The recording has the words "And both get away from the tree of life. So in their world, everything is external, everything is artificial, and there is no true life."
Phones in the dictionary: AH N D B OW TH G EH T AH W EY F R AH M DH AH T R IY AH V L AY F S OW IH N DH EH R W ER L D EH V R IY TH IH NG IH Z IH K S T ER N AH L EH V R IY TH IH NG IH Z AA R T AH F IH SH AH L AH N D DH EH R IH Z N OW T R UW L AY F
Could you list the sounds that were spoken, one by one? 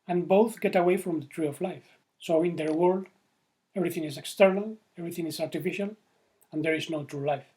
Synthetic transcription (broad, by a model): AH N B OW TH G EH T AH W EY F R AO M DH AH T R IY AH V L AY F S OW IH N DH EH R W ER L D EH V R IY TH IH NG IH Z IH K S T ER N AH L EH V R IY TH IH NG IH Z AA R T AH F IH SH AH L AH N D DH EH R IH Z N OW T R UW L AY F